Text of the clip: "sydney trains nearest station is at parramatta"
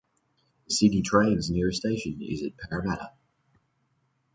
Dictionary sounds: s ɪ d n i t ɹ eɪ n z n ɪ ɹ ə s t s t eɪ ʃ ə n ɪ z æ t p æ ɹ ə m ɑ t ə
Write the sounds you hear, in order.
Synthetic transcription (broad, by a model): s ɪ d i t ɹ eɪ n z n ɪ ɹ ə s s t eɪ ʃ ə n ɪ z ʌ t p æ ɹ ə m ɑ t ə